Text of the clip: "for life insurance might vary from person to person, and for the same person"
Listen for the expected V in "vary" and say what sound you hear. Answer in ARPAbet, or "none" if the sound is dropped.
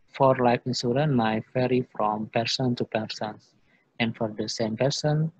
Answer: F